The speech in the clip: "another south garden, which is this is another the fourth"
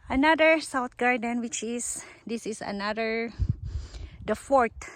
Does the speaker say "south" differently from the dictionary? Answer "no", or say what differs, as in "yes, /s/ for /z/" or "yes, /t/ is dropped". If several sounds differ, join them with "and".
yes, /t/ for /θ/